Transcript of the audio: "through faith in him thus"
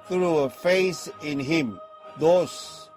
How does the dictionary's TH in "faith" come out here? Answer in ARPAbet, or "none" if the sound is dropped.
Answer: S